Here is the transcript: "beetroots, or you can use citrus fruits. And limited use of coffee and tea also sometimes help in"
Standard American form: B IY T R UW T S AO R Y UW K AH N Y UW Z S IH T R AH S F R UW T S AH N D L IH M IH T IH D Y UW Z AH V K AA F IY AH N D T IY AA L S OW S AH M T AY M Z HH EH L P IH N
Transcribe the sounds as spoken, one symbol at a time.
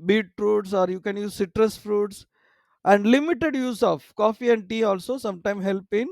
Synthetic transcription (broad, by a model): B IY T R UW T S AO R Y UW K AH N Y UW Z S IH T R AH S F R UW T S AH N D L IH M IH T IH D Y UW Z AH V K AA F IY AH N D T IY AA L S OW S AH M T AY M HH EH L P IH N